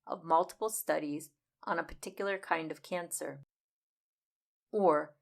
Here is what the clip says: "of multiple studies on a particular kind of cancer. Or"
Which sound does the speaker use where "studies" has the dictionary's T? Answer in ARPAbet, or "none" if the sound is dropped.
T